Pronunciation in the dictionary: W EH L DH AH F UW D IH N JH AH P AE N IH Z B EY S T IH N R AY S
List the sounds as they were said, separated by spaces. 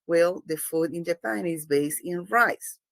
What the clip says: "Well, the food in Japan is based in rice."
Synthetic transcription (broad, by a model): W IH L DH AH F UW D IH N JH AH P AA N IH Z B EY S IH N R AY S